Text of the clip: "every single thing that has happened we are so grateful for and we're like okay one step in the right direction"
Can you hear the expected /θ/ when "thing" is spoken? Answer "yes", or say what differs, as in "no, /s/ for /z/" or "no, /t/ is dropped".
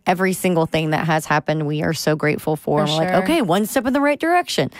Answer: yes